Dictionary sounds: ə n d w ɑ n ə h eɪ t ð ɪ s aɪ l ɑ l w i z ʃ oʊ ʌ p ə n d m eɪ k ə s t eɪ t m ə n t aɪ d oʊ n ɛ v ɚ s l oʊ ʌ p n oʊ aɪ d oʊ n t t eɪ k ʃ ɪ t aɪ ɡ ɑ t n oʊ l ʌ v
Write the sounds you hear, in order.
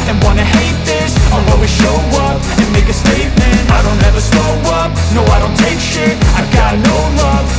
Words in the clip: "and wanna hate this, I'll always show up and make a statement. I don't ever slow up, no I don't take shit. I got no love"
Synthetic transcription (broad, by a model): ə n w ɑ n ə h eɪ t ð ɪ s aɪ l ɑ w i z ʃ oʊ ʌ p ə n m eɪ k ə s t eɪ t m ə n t aɪ d oʊ n ɛ v ɚ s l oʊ ʌ p n oʊ aɪ d oʊ n t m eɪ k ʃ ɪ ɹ aɪ ɡ ɑ t n oʊ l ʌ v